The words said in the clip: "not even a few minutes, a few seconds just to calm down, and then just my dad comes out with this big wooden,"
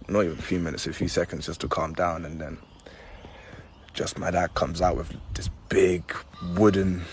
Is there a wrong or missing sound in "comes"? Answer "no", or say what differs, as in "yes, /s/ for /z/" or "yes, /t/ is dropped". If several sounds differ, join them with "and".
no